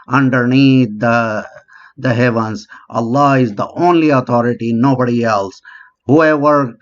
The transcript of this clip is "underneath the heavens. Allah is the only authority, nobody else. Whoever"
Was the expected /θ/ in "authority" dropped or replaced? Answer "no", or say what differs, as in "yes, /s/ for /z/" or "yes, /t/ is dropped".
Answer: yes, /t/ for /θ/